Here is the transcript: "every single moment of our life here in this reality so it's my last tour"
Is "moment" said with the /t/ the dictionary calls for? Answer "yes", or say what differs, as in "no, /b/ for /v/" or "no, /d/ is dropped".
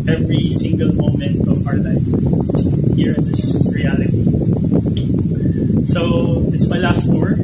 yes